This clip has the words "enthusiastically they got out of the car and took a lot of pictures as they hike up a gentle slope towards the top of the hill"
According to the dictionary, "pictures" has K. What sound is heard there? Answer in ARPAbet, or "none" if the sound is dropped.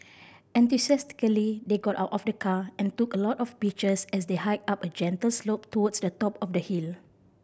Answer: none